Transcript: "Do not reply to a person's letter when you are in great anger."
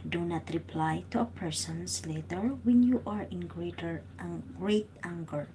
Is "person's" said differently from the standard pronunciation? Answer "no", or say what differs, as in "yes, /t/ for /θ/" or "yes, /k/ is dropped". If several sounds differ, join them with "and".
yes, /s/ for /z/